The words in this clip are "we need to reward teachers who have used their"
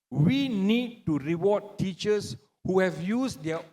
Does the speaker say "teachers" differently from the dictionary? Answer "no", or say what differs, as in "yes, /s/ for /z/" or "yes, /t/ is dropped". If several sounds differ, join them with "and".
yes, /s/ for /z/